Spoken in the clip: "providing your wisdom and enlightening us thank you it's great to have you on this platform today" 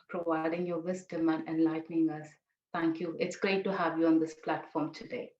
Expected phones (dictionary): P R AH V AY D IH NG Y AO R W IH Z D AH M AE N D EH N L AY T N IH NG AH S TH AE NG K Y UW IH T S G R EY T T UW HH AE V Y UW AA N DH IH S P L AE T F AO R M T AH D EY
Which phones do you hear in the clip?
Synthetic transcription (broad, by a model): P R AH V AY D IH NG Y AO R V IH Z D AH M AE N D EH N L AY T N IH NG AH S T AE NG K Y UW IH T S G R EY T T UW HH AE V Y UW AA N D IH S P L AE T F AO R M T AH D EY